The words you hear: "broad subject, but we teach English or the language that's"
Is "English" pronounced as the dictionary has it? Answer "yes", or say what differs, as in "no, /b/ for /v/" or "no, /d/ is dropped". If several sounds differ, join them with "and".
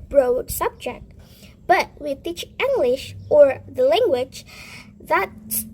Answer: yes